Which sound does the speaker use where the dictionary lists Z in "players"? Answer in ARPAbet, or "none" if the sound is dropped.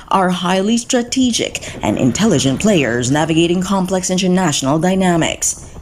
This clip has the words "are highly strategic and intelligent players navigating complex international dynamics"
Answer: Z